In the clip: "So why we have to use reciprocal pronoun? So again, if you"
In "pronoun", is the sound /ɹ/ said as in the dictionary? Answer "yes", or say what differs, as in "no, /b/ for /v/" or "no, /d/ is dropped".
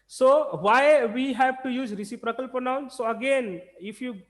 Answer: no, /ɹ/ is dropped